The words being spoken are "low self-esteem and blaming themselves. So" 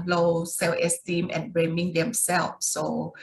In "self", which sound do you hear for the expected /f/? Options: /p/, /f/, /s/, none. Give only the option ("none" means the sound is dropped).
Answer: none